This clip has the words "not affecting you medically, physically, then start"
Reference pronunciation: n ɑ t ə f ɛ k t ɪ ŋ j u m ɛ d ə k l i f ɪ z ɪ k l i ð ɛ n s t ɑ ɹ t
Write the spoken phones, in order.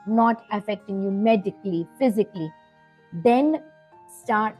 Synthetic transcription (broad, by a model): n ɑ t ə f ɛ k t ɪ ŋ j u m ɛ d ə k l i f ɪ z ɪ k l i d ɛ n s t ɑ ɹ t